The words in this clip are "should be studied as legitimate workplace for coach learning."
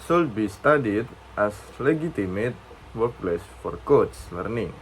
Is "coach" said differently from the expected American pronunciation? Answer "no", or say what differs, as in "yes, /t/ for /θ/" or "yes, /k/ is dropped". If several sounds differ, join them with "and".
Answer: yes, /s/ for /tʃ/